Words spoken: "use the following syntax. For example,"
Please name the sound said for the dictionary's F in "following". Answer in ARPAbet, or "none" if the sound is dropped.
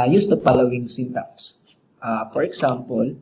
P